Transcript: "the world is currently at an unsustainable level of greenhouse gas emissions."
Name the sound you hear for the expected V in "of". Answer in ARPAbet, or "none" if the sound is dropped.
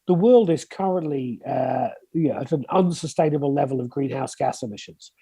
V